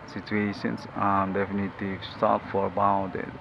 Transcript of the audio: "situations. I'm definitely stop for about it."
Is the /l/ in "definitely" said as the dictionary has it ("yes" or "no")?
no